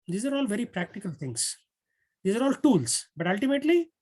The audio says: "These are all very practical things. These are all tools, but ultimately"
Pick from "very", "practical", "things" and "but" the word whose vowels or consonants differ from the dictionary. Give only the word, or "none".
things